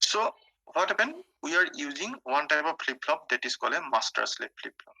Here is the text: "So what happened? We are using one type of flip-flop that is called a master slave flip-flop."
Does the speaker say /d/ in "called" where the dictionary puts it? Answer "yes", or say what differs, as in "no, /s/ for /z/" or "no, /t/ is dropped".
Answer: no, /d/ is dropped